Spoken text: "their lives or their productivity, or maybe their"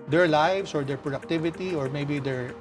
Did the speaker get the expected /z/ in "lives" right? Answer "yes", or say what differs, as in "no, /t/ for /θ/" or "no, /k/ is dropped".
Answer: no, /s/ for /z/